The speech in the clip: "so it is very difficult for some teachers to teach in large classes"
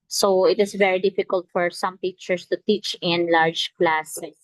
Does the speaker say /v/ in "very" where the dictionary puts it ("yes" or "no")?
yes